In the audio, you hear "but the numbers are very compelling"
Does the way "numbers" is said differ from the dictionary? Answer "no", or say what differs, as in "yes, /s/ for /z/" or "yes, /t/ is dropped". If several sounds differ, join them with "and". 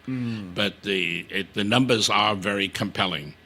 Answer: no